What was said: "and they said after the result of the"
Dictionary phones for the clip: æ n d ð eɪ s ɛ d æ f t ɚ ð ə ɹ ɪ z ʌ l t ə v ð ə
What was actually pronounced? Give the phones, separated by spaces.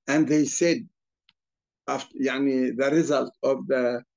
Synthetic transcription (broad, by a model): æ n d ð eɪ s ɛ d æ f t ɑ ð ə ɹ ɪ z ʌ l t ə v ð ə